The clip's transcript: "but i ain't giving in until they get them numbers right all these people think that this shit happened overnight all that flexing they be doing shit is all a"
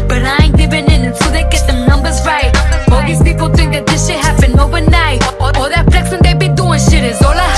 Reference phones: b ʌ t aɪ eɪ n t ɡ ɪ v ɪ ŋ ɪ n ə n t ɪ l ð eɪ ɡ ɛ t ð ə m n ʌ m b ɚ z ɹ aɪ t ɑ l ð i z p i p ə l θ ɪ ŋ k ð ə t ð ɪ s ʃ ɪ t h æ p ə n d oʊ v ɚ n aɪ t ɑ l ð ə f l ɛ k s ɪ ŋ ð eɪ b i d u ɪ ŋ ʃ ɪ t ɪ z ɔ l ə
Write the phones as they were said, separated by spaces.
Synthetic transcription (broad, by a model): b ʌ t aɪ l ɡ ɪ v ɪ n ɪ n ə n s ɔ ð eɪ ɡ ɛ t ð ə n ʌ m b ɚ z ɹ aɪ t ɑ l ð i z p i p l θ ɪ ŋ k ð ə t ð ɪ s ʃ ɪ h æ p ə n oʊ v ɚ n aɪ t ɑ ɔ ð ə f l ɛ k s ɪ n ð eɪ b i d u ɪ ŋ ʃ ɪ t ɪ z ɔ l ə